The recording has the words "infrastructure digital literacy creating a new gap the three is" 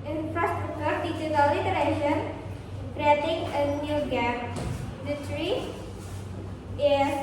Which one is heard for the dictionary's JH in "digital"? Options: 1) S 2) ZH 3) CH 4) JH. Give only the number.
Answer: 3